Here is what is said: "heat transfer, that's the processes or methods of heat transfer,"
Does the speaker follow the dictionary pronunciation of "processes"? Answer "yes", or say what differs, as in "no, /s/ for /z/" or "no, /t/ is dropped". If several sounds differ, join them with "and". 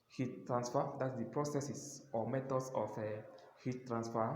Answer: no, /s/ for /z/